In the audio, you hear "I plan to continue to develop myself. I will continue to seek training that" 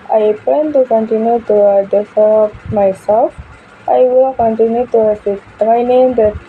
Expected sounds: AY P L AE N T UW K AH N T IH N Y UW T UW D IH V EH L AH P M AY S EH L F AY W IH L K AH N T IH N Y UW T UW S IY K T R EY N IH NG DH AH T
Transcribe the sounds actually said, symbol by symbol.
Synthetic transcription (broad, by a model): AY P EH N T UW K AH N T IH N Y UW T UW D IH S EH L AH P M AY S EH L F AY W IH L K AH N T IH N Y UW T UW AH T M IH N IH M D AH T